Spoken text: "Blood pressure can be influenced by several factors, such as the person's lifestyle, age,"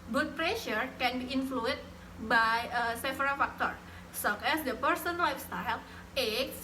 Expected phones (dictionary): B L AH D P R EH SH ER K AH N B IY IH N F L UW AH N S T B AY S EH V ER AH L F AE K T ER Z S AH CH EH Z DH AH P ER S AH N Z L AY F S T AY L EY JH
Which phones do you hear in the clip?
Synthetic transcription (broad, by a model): B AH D P R EH SH ER K AH N B IY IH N F L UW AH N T B AY S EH F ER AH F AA K T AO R S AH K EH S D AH P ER S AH N L AY F S T AY L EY